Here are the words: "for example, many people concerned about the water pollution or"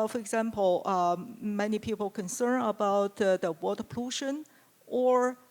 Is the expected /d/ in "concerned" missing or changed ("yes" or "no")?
yes